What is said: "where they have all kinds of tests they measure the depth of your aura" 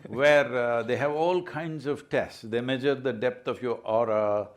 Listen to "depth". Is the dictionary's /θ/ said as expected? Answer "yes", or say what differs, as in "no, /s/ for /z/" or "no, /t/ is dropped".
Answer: no, /t/ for /θ/